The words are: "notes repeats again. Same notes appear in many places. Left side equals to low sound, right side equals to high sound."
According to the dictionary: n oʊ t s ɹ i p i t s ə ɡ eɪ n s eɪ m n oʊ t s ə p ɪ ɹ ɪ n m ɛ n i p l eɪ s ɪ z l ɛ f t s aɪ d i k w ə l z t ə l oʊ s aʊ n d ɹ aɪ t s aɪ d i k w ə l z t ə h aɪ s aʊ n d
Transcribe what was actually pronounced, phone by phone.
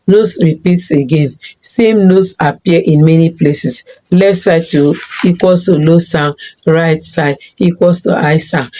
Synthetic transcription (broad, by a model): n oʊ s ɹ i p i t s ə ɡ eɪ n s eɪ m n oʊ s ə p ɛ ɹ ɪ n m ɛ n i p l eɪ s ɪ s l ɛ f t s aɪ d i k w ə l s t ə l oʊ s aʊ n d ɹ aɪ t s aɪ d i k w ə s t ə aɪ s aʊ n